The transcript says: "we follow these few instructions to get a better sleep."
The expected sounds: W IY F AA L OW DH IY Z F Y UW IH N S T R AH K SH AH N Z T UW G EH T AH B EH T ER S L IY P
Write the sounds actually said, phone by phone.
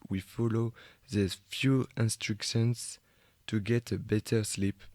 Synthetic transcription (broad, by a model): W IY F AA L OW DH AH F Y UW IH N S T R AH K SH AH N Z T UW G EH T AH B EH T ER S L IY P